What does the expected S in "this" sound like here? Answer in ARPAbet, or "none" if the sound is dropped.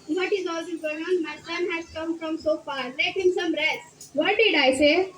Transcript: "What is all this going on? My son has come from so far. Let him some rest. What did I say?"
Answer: none